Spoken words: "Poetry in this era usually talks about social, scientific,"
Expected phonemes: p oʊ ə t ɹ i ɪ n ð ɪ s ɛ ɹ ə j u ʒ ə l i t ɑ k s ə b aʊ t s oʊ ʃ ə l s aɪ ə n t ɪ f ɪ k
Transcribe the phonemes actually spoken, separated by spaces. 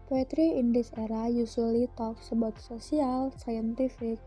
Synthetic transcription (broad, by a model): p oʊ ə t ɹ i ɪ n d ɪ s ɛ ɹ ə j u s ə l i t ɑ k s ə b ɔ t s oʊ s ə l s aɪ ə n t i f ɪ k